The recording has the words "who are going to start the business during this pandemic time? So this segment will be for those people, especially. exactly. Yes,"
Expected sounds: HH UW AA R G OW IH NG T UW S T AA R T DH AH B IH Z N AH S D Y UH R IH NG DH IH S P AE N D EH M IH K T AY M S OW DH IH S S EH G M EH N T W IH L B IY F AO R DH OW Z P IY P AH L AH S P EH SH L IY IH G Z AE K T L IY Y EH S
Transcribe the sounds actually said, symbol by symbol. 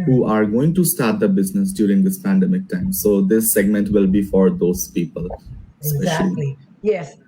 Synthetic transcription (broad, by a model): HH UW AA R G OW IH NG T UW S T AA R T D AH B IH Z N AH S D Y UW R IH NG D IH S P AE N D EH M IH K T AY M S OW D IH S S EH G M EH N T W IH L B IY F AO R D OW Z P IY P AH L S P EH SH IY L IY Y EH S